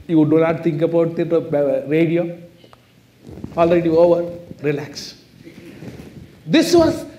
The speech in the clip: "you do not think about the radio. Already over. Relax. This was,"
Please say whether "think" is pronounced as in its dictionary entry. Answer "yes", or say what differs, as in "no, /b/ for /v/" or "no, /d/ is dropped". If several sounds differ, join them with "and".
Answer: no, /t/ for /θ/